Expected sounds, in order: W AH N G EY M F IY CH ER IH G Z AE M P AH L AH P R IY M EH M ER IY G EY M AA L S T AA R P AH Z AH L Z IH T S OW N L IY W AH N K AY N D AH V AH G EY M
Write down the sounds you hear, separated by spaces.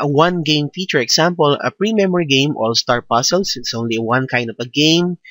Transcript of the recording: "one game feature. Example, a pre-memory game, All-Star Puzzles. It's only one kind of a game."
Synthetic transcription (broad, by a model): W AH N G EY M F IY CH ER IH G S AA M P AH L AH P R IY M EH M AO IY G EY M AA L S T AA R P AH S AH L S IH T S OW N L IY W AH N K AY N D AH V AH G EY M